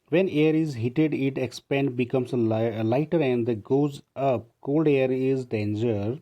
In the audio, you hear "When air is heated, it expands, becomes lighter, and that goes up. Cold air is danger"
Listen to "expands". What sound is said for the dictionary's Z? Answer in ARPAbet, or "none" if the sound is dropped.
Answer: none